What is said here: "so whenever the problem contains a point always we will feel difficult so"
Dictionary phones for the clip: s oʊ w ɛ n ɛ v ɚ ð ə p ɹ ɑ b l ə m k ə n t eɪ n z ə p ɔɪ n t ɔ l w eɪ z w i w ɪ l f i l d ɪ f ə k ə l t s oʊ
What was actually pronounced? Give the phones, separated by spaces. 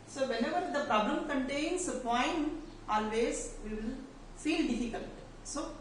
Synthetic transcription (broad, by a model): s oʊ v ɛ n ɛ v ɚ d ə p ɹ ɑ b l ə m k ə n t eɪ n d ə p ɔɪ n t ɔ l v eɪ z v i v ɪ l f i l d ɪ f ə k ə n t s oʊ